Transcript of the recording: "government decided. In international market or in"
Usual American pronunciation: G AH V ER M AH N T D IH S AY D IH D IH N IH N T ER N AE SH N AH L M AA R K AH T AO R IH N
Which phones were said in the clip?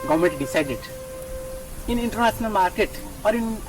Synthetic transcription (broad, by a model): G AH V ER M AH N T D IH S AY D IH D IH N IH N T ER N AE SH N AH L M AA R K AH T AO R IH N